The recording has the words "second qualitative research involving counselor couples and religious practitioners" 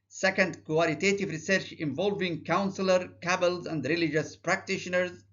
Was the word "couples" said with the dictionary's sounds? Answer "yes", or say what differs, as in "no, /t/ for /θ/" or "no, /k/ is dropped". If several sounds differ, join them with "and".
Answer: no, /b/ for /p/